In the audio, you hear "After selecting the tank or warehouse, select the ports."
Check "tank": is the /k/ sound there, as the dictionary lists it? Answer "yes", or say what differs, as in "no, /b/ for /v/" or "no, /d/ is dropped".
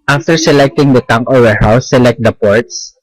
no, /k/ is dropped